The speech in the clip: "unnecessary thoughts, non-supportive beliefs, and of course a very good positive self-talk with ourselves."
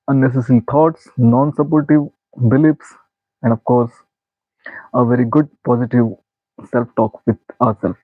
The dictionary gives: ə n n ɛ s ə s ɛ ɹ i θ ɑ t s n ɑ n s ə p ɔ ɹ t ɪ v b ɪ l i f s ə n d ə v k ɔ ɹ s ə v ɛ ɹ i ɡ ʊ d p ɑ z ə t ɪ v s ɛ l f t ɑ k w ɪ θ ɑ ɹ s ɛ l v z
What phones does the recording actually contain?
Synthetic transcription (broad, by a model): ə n n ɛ s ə s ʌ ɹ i t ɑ t s n ɑ n s ə p ɔ ɹ t ɪ v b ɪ l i p s ə n d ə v k ɔ ɹ s ə v ɛ ɹ i ɡ ʊ d p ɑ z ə t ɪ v s ɛ l f t ɑ k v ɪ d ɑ ɹ s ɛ l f